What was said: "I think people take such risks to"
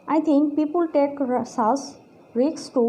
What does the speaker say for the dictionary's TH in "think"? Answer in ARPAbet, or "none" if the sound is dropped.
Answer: T